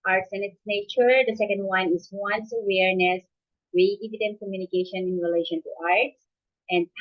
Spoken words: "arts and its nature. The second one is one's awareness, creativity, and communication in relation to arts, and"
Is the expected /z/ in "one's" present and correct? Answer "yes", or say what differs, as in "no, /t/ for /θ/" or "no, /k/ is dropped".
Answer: no, /s/ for /z/